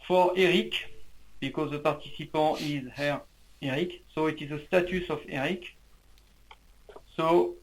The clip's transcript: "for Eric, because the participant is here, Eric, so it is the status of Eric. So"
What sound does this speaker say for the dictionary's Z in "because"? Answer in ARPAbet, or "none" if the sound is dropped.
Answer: Z